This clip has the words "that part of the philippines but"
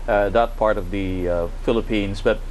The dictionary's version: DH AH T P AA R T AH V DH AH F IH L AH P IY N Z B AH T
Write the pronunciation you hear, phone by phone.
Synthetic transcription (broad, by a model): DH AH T P AA R T AH V DH AH F IH L AH P IY N Z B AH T